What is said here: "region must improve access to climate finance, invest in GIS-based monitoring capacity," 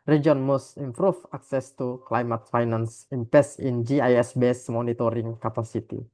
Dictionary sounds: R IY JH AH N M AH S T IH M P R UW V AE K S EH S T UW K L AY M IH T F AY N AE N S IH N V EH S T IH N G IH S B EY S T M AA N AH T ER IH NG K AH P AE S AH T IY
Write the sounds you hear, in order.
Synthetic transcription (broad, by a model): R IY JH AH N M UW S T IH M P R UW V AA K S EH S T UW K L AY M IH T F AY N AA N S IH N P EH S IH N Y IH S B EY S M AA N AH T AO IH NG K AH P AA S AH T IY